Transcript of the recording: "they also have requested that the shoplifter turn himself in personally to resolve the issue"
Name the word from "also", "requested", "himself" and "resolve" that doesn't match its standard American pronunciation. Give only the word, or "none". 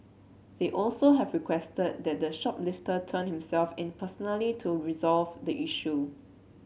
none